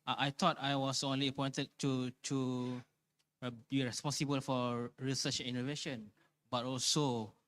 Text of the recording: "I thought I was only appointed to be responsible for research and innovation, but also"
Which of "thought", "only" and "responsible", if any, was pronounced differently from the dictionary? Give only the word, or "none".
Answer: thought